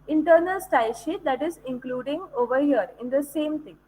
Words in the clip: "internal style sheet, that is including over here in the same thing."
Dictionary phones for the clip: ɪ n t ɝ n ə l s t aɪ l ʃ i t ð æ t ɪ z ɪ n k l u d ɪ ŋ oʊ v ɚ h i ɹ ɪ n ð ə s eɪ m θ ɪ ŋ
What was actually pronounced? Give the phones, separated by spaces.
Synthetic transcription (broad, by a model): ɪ n t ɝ n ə l s t aɪ l ʃ i t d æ t ɪ z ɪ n k l u d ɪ ŋ oʊ v ɚ h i ɹ ɪ n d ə s eɪ m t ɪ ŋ